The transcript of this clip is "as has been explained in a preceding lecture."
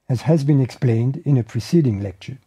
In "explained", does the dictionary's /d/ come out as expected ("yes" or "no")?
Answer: yes